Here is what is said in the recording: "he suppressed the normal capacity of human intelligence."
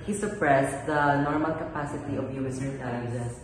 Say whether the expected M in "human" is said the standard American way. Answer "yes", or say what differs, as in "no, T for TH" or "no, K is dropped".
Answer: no, M is dropped